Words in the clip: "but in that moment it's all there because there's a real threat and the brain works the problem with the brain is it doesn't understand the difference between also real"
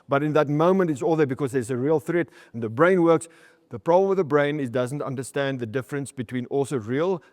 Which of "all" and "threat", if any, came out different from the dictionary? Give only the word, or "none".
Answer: none